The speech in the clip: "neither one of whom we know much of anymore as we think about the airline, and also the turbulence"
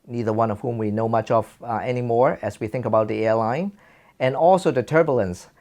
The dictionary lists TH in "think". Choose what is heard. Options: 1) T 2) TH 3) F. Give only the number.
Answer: 2